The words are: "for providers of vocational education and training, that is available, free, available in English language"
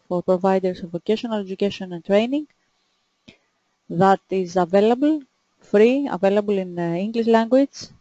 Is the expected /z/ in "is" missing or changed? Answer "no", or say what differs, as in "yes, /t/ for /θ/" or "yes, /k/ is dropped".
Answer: no